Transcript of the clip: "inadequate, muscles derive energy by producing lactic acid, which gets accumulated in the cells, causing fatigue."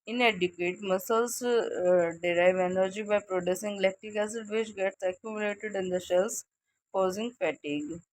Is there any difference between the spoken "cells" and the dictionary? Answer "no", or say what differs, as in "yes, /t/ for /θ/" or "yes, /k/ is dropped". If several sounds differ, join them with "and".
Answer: yes, /ʃ/ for /s/ and /s/ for /z/